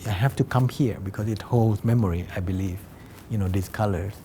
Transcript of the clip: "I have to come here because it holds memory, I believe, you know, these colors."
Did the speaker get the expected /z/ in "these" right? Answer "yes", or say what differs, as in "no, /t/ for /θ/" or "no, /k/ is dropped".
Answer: no, /s/ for /z/